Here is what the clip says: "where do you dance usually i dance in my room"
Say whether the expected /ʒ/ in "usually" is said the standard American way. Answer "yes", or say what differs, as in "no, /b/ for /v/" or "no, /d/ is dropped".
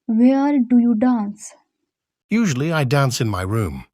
yes